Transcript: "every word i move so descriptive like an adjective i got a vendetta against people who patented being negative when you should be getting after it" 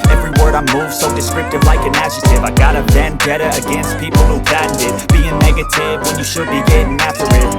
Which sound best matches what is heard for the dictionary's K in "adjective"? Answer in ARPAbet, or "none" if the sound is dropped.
none